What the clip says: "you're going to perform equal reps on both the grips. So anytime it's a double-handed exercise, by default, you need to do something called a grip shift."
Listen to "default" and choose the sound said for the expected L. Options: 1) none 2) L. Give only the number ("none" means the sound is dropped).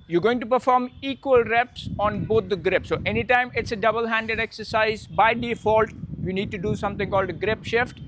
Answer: 2